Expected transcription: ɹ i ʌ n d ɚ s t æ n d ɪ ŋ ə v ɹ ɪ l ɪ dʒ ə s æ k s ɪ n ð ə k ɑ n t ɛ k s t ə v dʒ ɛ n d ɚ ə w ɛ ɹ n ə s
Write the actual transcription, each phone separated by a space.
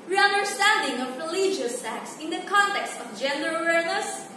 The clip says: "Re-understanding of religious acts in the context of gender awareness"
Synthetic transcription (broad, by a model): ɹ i ʌ n d ɚ s t æ n d ɪ ŋ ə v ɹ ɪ l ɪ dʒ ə s æ k s ɪ n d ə k ɑ n t ɛ k s t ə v dʒ ɛ n d ɚ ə w ɛ ɹ n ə s